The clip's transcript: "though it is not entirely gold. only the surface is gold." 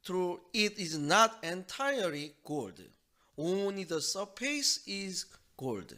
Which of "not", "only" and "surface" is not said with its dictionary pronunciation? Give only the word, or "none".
surface